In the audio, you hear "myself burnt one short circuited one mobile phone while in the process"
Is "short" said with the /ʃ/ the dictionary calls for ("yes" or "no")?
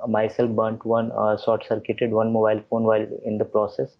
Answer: no